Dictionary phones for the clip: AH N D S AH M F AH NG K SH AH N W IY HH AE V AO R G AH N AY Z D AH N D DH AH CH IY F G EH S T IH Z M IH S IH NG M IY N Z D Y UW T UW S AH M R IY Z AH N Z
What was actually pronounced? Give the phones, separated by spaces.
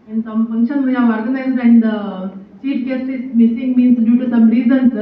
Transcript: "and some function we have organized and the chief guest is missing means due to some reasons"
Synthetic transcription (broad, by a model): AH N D S AH M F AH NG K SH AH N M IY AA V AO R G AH N AY Z D AH N D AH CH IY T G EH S IH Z M IH S IH NG M IY N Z D Y UW T UW S AH M R IY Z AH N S